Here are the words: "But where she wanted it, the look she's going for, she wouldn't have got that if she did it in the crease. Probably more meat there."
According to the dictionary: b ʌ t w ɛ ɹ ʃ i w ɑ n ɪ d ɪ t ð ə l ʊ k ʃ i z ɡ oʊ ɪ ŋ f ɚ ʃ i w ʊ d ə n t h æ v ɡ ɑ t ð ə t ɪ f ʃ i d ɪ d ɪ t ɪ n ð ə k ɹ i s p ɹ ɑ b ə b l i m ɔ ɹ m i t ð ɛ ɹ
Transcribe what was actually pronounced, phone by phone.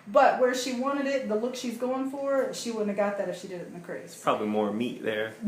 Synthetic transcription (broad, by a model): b ʌ t w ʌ ɹ ʃ i w ɑ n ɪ d ɪ t ð ə l ʊ k ʃ i z ɡ oʊ ɪ ŋ f ɚ ʃ i w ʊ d n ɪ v ɡ ɑ t ð ə t ɪ f ʃ i d ɪ d ɪ t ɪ n ð ə k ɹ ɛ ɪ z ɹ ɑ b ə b l i m ɔ ɹ m i t ð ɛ ɹ